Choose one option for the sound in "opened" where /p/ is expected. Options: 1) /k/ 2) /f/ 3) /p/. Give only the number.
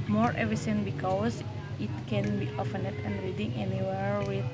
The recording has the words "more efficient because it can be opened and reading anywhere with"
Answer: 2